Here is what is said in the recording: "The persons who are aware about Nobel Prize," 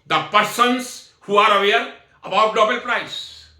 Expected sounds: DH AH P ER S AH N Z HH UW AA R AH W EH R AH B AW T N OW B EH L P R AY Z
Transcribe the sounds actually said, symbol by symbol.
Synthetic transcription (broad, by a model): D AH P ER S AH N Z HH UW AA R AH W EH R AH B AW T L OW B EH L P R AY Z